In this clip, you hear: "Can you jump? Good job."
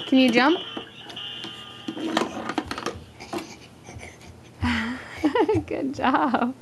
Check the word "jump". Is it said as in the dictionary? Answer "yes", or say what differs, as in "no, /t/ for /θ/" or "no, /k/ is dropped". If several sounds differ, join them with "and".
yes